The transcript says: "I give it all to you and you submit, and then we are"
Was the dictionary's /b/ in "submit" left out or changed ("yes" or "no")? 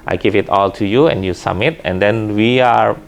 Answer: yes